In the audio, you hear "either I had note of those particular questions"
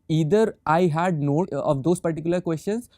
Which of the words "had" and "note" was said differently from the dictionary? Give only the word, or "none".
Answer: note